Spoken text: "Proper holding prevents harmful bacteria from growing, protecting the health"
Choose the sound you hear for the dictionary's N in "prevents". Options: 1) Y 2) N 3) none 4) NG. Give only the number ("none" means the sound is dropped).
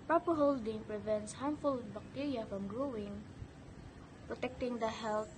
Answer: 2